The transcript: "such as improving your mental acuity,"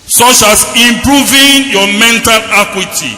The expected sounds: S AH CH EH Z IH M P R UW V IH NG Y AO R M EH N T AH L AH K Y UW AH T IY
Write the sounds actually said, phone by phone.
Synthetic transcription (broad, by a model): S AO CH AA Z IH M P R UW V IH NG Y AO M EH N T AH L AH K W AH T IY